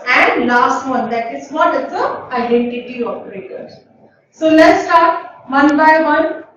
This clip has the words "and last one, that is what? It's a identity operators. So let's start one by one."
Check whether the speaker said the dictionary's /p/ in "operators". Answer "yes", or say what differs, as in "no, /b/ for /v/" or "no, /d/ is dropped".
no, /f/ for /p/